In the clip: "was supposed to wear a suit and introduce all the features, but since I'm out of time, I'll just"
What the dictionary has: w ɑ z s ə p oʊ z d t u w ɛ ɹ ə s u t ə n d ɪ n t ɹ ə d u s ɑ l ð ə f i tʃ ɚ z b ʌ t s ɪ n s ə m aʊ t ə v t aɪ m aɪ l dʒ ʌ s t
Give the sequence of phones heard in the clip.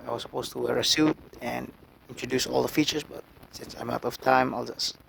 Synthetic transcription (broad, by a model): w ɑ s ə p oʊ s t u w ɛ ɹ ə s u t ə n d ɪ n t ɹ ə d u s ɑ l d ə f i tʃ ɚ s b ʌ t s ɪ n s ə m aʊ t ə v t aɪ m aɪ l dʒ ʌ s